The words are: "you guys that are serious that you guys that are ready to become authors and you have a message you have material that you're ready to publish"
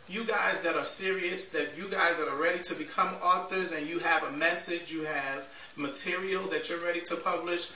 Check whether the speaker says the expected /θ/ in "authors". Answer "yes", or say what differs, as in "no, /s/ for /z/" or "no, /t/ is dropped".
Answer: yes